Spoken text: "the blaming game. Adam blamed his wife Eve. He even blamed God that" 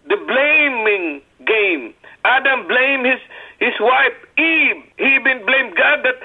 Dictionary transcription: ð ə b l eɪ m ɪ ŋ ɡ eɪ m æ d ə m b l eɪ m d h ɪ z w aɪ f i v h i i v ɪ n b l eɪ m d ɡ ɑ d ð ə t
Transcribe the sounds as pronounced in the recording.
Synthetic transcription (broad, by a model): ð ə b l eɪ m ɪ ŋ ɡ eɪ m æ d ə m b l eɪ m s h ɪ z w aɪ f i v h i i b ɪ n b l eɪ m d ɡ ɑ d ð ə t